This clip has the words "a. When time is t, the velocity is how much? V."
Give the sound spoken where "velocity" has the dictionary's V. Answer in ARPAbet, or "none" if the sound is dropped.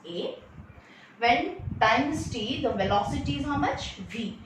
V